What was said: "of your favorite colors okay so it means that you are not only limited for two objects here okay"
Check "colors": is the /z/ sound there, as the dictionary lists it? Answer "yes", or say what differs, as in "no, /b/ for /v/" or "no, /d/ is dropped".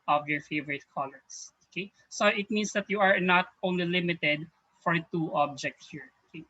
no, /s/ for /z/